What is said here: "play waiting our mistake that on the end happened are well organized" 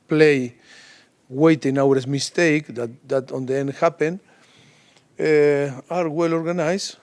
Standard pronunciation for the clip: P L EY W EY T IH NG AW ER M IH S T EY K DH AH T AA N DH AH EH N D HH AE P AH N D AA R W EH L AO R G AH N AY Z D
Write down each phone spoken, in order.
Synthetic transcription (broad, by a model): P L EY W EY T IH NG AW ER M IH S T EY K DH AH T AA N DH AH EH N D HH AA P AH N AA R W EH L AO R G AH N AY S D